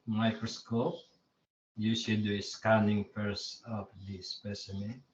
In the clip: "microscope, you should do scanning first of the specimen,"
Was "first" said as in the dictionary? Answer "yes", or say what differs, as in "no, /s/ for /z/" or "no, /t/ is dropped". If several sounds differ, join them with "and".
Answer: no, /t/ is dropped